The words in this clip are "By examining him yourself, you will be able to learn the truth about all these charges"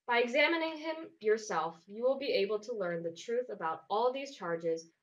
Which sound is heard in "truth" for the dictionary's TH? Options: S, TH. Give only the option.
TH